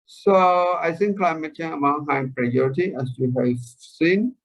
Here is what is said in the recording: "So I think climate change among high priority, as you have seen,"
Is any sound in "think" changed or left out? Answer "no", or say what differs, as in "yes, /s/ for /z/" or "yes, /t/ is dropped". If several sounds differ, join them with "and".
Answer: yes, /s/ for /θ/